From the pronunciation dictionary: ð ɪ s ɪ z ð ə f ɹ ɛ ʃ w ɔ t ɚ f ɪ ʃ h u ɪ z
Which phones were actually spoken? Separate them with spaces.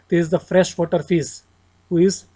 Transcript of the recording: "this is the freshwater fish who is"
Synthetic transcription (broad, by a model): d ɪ ɪ z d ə f ɹ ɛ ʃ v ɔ t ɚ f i s h u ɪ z